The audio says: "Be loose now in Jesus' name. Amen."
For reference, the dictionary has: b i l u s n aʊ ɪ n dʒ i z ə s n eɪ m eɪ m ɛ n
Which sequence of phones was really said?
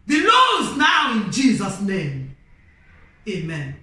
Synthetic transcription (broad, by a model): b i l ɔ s n aʊ ɪ n dʒ i z ə s n eɪ m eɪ m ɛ n